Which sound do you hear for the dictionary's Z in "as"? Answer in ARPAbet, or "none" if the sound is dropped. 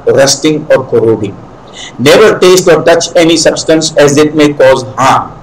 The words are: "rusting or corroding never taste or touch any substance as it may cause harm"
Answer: Z